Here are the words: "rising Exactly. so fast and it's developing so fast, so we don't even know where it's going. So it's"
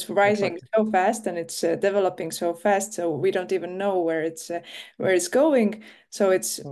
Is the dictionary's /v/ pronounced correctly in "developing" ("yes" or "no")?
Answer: yes